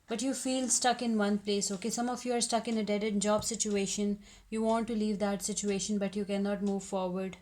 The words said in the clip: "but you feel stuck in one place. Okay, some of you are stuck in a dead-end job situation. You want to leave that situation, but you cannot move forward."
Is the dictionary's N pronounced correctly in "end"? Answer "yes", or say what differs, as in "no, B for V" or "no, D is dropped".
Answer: no, N is dropped